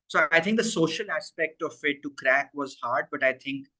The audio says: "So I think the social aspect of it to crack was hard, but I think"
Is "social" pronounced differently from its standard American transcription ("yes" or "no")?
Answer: no